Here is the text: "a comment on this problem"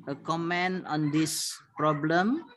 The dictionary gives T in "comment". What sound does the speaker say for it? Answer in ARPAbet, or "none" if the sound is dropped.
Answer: none